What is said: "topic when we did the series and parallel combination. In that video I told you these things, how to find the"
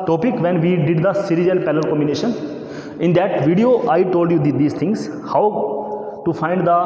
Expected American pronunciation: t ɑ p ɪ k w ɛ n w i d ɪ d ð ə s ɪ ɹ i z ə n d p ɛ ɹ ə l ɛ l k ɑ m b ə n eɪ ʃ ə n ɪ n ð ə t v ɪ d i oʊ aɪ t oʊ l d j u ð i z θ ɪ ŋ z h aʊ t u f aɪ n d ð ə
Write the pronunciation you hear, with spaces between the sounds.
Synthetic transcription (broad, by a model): t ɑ p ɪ k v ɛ n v i d ɪ d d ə s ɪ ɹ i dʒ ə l p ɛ l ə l k ɑ m b ə n eɪ ʃ ə n ɪ n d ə t v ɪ d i oʊ aɪ t oʊ l d j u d i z t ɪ ŋ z h aʊ t u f aɪ n d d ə